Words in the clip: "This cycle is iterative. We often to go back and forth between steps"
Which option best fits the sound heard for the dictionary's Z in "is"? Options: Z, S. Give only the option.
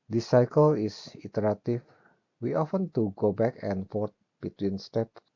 S